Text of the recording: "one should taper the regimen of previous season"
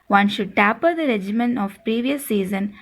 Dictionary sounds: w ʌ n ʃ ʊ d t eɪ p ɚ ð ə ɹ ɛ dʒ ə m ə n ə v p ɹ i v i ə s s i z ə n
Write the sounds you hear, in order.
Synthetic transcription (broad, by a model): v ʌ n ʃ ʊ d t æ p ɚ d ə ɹ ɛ dʒ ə m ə n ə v p ɹ i v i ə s s i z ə n